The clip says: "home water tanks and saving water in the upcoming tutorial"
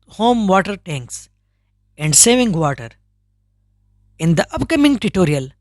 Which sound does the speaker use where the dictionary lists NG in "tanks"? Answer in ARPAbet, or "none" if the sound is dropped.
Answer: NG